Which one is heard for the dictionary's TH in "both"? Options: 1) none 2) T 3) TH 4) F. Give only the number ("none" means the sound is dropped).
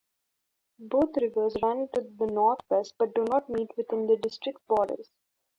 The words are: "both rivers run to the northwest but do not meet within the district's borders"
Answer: 2